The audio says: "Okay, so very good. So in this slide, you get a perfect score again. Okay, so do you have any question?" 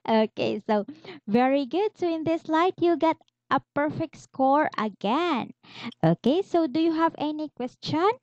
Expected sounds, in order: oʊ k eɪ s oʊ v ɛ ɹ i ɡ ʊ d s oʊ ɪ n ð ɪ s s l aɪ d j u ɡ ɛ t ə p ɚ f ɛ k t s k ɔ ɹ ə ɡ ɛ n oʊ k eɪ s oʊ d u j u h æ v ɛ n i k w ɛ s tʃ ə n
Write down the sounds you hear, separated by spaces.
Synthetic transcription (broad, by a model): oʊ k eɪ s oʊ v ɛ ɹ i ɡ ʊ d s oʊ ɪ n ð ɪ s s l aɪ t j u ɡ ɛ t ə p ɚ f ɛ k t s k ɔ ɹ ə ɡ ɛ n oʊ k eɪ s oʊ d u j u h æ v ɛ n i k w ɛ s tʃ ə n